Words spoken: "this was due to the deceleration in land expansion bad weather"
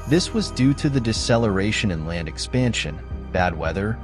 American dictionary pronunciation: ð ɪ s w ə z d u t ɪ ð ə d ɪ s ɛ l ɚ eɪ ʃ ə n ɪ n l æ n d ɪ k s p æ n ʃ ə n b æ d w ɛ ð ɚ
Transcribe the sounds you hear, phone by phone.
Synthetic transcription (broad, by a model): ð ɪ s w ə z d u t ɪ ð ə d ɪ s ɛ l ɚ eɪ ʃ ə n ɪ n l æ n d ɪ k s p æ n ʃ ə n b æ d w ɛ ð ɚ